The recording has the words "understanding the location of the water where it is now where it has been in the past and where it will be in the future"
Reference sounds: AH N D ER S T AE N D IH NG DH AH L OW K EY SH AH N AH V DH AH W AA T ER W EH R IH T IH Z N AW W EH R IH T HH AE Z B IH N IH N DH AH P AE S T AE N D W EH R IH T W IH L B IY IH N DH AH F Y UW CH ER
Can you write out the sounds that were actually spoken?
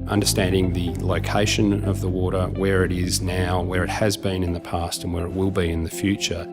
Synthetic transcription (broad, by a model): AH N D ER S T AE N D IH NG DH AH L OW K EY SH AH N AH V DH AH W AA T ER W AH R IH T IH Z N AW W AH R IH T HH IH Z B IH N IH N DH AH P AE S T N W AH R IH T W IH L B IY IH N DH AH F Y UW CH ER